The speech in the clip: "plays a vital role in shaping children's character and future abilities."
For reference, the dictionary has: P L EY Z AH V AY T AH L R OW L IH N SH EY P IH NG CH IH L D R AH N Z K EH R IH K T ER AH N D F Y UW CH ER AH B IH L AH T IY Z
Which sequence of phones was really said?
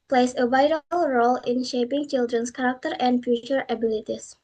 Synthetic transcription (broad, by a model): P L EY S AH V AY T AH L R OW L IH N SH EY P IH NG CH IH L D R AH N S K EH R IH K T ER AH N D F Y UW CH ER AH B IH L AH T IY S